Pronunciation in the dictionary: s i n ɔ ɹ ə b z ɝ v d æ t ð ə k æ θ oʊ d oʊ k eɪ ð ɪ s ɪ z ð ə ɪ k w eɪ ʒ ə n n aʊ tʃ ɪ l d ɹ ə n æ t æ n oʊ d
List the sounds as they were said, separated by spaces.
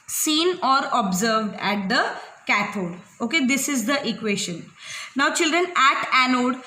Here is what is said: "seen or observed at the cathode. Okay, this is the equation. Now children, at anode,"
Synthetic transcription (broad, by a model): s i n ɔ ɹ ə b z ɝ v d æ t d ə k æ t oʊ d oʊ k eɪ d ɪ s ɪ z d ə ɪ k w eɪ ʃ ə n n aʊ tʃ ɪ l d ɹ ə n æ t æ n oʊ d